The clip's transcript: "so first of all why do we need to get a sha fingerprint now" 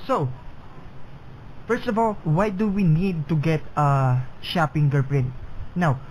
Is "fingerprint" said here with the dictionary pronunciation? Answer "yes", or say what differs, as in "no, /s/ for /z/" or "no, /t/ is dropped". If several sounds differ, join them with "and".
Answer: no, /p/ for /f/